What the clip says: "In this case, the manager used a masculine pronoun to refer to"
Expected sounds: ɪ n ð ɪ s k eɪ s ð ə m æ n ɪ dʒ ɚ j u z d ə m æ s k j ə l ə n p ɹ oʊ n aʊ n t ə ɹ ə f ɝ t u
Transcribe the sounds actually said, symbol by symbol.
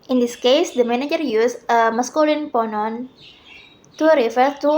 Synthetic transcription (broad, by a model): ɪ n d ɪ s k eɪ s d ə m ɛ n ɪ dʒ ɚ j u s ə m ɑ s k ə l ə n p oʊ n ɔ n t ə ɹ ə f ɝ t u